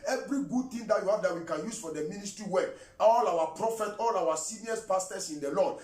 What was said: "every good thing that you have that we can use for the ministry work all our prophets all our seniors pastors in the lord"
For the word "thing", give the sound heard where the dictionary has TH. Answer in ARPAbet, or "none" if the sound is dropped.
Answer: T